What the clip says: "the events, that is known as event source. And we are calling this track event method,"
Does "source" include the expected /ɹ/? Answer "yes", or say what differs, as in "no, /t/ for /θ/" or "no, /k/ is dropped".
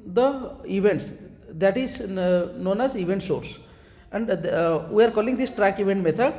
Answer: yes